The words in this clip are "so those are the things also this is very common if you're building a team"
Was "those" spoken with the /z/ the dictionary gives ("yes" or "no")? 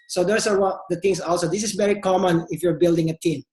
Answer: no